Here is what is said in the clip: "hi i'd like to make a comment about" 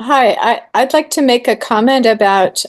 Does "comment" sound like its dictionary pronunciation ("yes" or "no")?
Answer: yes